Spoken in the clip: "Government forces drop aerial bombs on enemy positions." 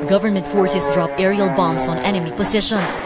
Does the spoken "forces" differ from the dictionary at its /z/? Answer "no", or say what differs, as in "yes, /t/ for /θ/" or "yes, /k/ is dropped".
yes, /s/ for /z/